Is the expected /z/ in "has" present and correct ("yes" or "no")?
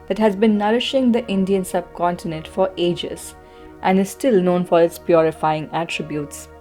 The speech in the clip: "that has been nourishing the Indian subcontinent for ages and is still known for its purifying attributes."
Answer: yes